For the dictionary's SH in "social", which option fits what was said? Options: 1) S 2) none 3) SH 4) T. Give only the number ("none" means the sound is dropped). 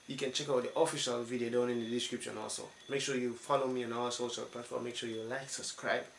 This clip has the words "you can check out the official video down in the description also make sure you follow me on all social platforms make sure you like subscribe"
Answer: 1